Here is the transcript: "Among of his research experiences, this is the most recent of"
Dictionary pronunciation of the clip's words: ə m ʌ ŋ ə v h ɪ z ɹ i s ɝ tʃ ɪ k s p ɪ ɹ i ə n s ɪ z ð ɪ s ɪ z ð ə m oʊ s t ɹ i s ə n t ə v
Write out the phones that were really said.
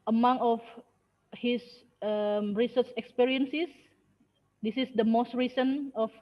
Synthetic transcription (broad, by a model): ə m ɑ ŋ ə f h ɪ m ɹ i s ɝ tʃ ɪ k s p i ɹ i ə n s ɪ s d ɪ s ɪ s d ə m oʊ s t ɹ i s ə n ə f